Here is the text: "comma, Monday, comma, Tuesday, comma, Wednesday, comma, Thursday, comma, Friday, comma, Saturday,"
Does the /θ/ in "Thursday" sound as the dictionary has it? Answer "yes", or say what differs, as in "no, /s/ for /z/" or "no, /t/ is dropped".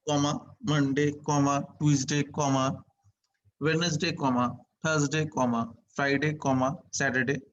no, /t/ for /θ/